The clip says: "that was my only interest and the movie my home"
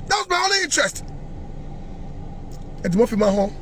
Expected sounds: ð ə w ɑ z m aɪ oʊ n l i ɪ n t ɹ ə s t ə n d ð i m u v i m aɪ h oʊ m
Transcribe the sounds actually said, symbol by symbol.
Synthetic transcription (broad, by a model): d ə w ɑ z m aɪ oʊ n l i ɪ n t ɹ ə s t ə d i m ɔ f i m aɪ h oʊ